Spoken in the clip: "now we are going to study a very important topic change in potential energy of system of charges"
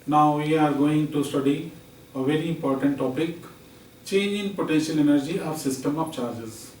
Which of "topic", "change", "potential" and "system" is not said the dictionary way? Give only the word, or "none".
none